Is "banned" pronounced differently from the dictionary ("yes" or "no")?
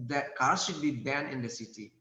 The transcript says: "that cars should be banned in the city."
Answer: yes